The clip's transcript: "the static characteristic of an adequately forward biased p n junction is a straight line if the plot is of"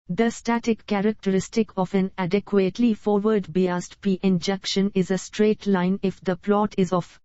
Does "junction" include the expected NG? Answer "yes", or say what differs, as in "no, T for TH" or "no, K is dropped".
no, NG is dropped